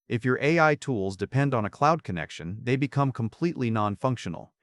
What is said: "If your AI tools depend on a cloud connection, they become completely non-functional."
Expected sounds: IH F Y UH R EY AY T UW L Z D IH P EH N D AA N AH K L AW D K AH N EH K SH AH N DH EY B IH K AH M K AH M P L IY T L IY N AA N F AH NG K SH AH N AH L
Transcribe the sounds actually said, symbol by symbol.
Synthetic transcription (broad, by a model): IH F Y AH R EY AY T UW L Z D IH P EH N D N AH K L AW D K AH N EH K SH AH N DH EY B IH K AH M K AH M P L IY T L IY N AA N F AH NG K SH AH N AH L